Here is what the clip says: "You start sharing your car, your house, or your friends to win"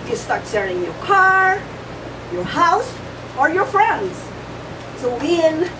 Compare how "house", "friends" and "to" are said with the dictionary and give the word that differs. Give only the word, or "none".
to